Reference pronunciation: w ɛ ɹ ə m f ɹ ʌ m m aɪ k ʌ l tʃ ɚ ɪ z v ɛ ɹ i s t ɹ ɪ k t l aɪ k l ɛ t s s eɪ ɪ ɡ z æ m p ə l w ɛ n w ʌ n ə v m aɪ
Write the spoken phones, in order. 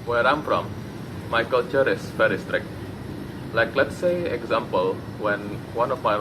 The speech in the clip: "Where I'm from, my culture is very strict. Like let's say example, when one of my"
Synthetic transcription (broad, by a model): w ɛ ɹ ə m f ɹ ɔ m m aɪ k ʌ l tʃ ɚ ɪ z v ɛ ɹ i s t ɹ ɪ k t l aɪ k l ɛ t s s eɪ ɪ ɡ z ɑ m p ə l w ɛ n w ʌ n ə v m aɪ